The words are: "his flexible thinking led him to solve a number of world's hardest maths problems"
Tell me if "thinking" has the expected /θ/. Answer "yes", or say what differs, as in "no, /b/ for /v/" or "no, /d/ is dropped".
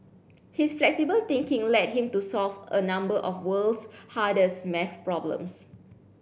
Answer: no, /t/ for /θ/